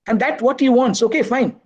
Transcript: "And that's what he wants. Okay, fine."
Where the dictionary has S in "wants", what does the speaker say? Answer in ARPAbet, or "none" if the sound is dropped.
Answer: S